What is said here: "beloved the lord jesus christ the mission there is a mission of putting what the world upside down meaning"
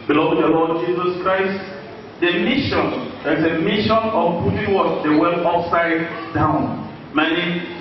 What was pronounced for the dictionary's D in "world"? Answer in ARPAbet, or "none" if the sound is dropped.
none